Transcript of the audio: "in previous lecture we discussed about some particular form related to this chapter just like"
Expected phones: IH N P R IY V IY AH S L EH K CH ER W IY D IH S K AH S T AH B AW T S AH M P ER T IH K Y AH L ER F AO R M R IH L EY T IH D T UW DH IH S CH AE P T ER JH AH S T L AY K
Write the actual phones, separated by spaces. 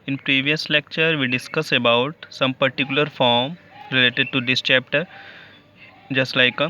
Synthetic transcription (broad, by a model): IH N P R IY V IY AH S L EH K CH ER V IY D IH S K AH S AH B AW T S AH M P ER T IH K Y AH L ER F AO R M R IH L EY T IH D T UW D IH S CH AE P T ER JH AH S T L AY K